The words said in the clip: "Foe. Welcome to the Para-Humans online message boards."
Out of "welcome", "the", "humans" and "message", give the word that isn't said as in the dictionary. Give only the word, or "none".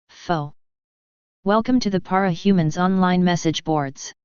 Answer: none